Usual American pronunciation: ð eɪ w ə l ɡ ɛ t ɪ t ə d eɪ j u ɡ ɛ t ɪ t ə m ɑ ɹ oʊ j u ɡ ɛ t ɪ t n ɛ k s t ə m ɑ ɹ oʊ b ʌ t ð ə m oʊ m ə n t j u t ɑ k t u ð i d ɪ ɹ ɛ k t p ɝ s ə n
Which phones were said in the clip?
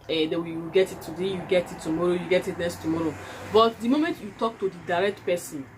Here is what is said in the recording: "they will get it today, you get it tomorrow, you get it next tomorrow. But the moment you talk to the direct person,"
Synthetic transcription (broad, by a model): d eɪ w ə w ɡ ɛ t ɪ t ə d eɪ j u ɡ ɛ t ɪ t ə m ɑ ɹ oʊ j u ɡ ɛ t ɪ t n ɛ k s t ə m ɑ ɹ oʊ b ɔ t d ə m oʊ m ə n t j u t ɑ k t u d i d ɪ ɹ ɛ k t p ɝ s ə n